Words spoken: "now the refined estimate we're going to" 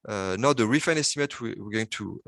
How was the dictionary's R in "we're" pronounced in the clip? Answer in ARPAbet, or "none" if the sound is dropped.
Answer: W